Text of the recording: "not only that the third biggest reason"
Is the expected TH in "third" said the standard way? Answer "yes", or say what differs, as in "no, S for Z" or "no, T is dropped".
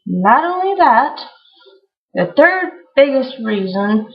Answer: yes